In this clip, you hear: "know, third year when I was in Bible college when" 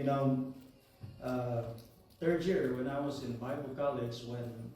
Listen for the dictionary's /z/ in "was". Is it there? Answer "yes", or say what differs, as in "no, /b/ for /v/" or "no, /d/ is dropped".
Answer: yes